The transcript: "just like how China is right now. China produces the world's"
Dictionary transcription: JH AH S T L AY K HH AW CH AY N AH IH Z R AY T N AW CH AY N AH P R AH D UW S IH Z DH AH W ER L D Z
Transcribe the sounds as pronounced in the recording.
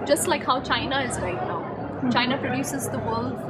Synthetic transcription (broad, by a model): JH AH S T L AY K HH AW CH AY N AH IH Z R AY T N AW CH AY N AH P R AH D UW S IH Z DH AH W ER L D